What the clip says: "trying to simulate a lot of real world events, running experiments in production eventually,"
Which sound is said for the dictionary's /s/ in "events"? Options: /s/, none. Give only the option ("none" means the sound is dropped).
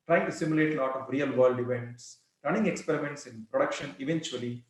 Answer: /s/